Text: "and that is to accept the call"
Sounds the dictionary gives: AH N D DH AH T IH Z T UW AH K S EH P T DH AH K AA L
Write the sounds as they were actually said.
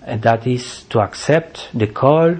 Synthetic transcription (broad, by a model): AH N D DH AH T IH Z T UW AH K S EH P T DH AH K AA L